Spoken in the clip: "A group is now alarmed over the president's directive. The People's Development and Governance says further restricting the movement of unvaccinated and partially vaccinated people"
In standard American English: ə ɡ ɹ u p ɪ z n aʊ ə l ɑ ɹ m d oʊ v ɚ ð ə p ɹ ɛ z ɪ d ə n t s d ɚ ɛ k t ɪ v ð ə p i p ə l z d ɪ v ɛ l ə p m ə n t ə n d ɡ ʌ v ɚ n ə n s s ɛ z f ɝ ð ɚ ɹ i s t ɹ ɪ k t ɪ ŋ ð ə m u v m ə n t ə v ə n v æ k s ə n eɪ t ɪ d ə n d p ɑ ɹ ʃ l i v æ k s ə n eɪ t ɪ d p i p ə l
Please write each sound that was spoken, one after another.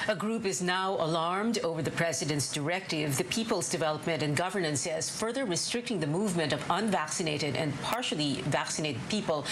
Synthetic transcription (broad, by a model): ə ɡ ɹ u p ɪ z n aʊ ə l ɑ ɹ m d oʊ v ɚ ð ə p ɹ ɛ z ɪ d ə n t s d ɚ ɛ k t ɪ v ð ə p i p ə l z d ɪ v ɛ l ə p m ə n t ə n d ɡ ʌ v ɚ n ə n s s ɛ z f ɝ ð ɚ ɹ i s t ɹ ɪ k t ɪ ŋ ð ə m u v m ə n t ə v ə n v æ k s ə n eɪ t ɪ d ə n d p ɑ ɹ ʃ l i v æ k s ə n eɪ t ɪ d p i p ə l